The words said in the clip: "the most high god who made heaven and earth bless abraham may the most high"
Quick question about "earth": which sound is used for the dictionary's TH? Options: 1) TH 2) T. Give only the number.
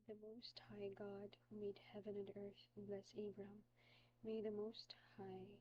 1